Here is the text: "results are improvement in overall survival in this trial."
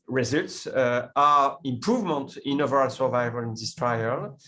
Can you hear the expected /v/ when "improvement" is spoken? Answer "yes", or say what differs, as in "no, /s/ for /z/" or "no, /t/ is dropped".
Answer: yes